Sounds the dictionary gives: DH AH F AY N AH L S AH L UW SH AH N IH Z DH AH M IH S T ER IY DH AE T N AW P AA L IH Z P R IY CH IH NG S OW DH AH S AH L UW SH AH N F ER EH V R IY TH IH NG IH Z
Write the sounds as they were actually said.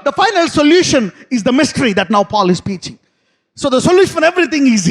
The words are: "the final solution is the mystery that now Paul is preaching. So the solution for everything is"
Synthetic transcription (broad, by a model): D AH F AY N AH L S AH L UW SH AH N IH Z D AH M IH S T ER IY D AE T N AW P AA L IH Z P IY CH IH NG S OW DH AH S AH L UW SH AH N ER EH V R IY T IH NG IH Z